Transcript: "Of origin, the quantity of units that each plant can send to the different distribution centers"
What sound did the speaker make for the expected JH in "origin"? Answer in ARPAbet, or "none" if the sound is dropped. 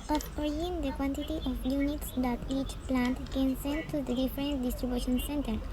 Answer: none